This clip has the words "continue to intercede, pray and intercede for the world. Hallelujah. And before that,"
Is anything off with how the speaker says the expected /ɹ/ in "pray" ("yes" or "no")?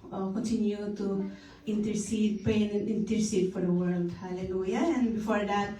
yes